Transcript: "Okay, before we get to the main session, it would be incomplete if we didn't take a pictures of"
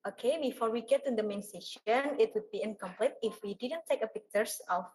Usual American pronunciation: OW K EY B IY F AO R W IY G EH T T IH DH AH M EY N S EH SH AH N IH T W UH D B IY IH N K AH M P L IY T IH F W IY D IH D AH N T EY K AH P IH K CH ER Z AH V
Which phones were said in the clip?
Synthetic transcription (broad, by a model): OW K EY B IY F AO R W IY G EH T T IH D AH M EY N S EH SH AH N IH T W UH D B IY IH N K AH M P L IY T IH F W IY D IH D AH N T EY K AH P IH K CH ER S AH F